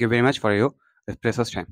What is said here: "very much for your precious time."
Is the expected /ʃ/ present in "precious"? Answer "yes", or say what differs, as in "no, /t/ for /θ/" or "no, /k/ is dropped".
no, /s/ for /ʃ/